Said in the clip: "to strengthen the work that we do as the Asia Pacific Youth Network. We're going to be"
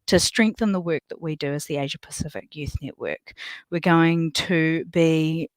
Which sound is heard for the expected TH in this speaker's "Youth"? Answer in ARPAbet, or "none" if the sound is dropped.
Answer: TH